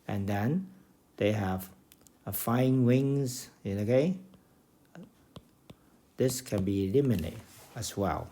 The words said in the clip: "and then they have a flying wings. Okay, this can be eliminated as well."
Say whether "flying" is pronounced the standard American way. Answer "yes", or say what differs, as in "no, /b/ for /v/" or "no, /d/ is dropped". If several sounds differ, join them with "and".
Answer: no, /l/ is dropped